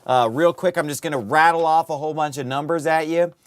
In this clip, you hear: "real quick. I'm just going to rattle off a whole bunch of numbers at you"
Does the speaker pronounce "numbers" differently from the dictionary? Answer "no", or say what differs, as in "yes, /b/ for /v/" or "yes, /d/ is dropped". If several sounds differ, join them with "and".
no